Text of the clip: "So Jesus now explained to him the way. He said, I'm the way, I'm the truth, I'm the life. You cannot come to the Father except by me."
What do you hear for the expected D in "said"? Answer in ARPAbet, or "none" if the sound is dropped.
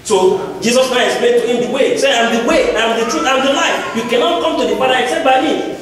none